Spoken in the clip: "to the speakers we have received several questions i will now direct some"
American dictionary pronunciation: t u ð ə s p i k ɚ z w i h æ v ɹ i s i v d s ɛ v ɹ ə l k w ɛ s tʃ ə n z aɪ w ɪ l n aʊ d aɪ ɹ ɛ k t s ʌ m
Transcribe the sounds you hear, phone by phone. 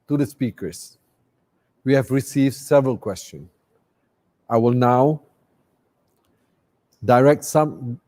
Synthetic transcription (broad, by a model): t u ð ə s p i k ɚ s w i h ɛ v ɹ i s i v d s ɛ v ɹ ə l k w ɛ s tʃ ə n aɪ w ɪ l n aʊ d aɪ ɹ ɛ k t s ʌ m